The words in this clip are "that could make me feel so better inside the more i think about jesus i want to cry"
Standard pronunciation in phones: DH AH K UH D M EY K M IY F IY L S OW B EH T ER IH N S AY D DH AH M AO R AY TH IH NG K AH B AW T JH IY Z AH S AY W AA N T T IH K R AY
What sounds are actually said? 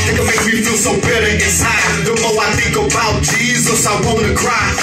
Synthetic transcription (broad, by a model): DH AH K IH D M EY K M IY F IY L S OW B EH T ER IH N S AY D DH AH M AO L AY TH IH NG K AH B AW T JH IY Z AH S AY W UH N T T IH K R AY